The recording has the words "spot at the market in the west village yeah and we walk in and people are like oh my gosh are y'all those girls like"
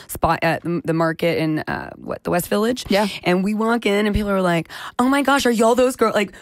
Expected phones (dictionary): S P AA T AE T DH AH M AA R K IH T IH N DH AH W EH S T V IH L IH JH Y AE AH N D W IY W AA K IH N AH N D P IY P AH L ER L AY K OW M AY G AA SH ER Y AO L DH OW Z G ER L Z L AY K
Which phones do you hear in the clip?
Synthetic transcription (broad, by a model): S P AA T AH DH AH M AA R K IH T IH N DH AH W EH S T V IH L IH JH Y AE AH N W IY W AA K IH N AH N P IY P L ER L AY K OW M AY G AA SH ER Y AO L DH OW Z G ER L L AY K